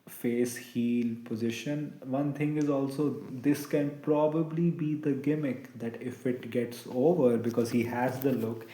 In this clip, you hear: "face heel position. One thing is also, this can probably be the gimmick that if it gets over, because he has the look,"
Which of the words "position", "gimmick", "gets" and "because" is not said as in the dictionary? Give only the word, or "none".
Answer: none